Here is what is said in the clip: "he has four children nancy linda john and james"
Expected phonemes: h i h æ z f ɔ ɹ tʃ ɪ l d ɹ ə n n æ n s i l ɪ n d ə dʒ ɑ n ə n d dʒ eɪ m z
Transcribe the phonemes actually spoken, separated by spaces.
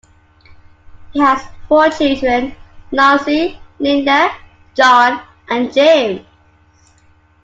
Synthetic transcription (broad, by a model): h i h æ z f ɔ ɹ tʃ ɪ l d ɹ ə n n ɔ s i n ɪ n d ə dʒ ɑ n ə n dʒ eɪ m